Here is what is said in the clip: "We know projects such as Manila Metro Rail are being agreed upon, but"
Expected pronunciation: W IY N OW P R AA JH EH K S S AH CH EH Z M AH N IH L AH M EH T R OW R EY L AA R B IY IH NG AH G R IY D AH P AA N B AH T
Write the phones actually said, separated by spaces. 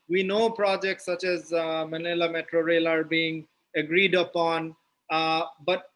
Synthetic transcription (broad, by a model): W IY N OW P R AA JH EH K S S AH CH EH Z M AH N IH L AH M EH T R OW R EY L AA R B IY IH NG AH G R IY D AH P AA N B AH T